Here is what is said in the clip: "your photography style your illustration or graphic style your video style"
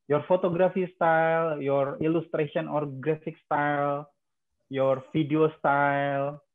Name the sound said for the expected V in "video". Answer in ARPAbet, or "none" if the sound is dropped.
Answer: F